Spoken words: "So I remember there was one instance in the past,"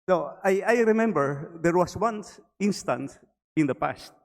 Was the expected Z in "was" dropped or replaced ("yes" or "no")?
yes